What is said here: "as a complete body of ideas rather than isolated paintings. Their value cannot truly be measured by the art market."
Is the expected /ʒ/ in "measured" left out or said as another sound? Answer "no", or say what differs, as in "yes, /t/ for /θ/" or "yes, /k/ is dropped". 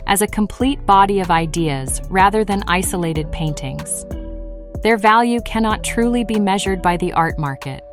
no